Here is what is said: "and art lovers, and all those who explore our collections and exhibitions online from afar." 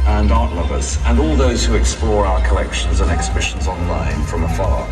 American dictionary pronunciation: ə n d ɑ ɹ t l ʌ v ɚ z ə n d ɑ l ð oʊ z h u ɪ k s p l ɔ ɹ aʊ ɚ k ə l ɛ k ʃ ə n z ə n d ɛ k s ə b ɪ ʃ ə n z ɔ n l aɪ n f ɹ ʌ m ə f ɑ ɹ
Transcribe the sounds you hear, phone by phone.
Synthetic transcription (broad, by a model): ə n ɑ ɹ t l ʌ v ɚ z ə n ɑ l ð oʊ z h u ɪ k s p l ɔ ɹ aʊ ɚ k ə l ɛ k ʃ ə n z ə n ɛ k s ə b ɪ ʃ ə n z ɔ n l aɪ n f ɹ ʌ m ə f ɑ